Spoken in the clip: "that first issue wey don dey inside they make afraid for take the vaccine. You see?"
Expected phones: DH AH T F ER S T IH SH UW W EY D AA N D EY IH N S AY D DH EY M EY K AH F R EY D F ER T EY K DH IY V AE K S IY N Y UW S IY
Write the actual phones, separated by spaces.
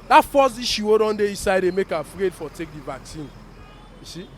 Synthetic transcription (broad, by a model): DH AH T F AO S IY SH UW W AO D AA N D EY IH S AY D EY M EY K AH F R EY D F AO T EY K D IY V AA K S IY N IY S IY